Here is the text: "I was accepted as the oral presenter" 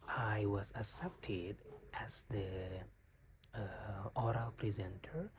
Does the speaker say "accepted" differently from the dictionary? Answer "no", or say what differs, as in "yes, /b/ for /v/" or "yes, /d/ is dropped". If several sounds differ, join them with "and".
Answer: yes, /k/ is dropped